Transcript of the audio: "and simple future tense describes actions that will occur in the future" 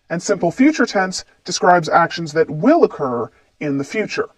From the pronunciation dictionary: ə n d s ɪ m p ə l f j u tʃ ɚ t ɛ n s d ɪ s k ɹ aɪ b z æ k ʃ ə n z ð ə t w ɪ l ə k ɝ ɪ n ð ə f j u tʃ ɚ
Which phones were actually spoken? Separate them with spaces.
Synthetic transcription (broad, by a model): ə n s ɪ m p l f j u tʃ ɚ t ɛ n s d ɪ s k ɹ aɪ b z æ k ʃ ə n z ð ə t w ɪ l ə k ɝ ɪ n ð ə f j u tʃ ɚ